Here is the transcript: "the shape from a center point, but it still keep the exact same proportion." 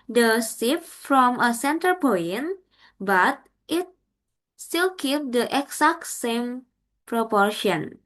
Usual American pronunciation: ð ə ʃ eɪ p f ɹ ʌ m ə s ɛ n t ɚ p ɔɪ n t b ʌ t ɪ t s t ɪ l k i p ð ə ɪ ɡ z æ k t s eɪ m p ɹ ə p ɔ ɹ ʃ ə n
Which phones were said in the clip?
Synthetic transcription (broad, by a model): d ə s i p f ɹ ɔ m ə s ɛ n t ɚ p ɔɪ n b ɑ t ɪ t s t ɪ l k i p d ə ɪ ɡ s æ k t s eɪ m p ɹ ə p ɔ ɹ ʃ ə n